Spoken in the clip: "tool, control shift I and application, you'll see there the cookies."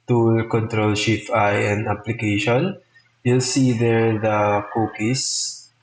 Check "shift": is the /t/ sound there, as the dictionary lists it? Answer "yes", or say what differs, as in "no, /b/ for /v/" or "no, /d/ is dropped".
no, /t/ is dropped